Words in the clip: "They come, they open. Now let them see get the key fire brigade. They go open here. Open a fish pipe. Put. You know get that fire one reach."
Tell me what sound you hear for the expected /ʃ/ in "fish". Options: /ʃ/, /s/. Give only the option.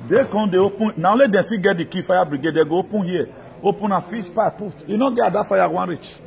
/s/